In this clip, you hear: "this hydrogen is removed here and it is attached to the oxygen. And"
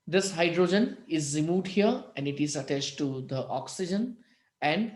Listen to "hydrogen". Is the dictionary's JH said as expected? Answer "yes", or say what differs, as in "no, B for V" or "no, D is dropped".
yes